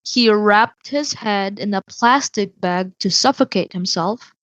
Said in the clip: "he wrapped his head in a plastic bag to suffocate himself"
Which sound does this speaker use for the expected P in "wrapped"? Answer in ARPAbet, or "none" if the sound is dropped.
P